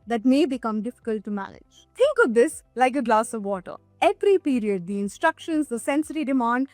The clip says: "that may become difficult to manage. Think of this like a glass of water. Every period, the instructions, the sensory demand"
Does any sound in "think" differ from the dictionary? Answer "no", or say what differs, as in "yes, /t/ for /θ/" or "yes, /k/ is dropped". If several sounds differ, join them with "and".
yes, /t/ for /θ/